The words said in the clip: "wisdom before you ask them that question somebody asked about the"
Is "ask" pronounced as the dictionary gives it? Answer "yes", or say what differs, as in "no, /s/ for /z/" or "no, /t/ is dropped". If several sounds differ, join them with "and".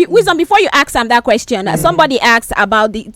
no, /s/ is dropped